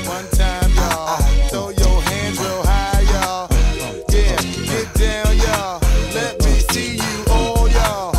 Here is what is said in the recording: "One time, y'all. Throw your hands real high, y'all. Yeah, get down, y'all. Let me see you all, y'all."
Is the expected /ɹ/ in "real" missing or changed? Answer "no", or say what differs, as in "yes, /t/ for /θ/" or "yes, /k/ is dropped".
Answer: yes, /w/ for /ɹ/